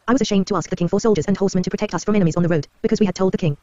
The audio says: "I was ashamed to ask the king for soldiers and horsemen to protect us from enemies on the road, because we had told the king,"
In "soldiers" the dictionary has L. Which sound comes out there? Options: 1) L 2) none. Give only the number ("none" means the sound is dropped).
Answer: 1